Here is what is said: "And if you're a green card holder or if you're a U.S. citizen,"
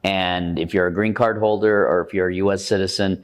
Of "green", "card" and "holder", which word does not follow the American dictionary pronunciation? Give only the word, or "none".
none